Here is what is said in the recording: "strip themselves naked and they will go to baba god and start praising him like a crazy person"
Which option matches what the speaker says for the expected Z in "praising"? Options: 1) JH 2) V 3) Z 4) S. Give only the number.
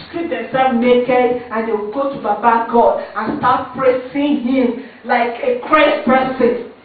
4